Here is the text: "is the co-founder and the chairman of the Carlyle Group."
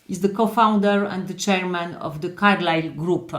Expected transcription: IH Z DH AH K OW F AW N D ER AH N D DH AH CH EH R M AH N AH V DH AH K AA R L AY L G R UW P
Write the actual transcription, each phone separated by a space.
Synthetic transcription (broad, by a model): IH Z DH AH K OW F AW N D ER AH N D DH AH CH EH R M AH N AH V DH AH K AA R L AY L G R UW P